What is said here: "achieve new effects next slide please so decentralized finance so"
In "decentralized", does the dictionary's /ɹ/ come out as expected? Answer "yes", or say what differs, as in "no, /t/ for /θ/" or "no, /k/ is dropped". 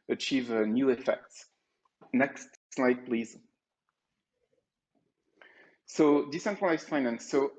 no, /ɹ/ is dropped